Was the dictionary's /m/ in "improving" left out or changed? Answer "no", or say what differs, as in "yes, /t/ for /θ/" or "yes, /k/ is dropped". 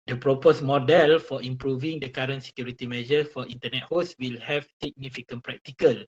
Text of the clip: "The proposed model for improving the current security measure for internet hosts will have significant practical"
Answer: no